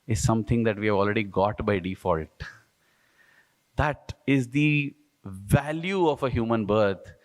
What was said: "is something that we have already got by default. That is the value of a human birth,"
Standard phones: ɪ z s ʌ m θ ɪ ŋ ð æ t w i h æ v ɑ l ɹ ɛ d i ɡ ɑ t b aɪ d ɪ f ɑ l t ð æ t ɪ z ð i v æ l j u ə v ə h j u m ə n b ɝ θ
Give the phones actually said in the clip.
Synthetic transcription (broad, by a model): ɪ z s ʌ m t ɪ ŋ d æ t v i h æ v ɑ l ɹ ɛ d i ɡ ɑ t b aɪ d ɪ f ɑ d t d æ t ɪ z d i v æ l j u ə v ə h j u m ə n b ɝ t